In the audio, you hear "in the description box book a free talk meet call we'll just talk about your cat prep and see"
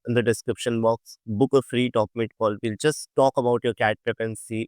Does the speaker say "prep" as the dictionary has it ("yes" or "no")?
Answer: no